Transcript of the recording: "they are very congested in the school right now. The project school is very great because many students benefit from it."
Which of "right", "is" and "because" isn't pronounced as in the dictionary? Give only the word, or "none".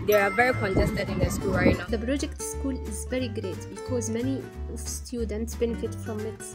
none